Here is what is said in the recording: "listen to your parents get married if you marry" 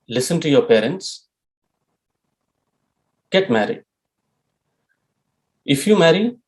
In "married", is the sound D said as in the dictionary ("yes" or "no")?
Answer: no